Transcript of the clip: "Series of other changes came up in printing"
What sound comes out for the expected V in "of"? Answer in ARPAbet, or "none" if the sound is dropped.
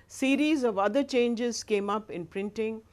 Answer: V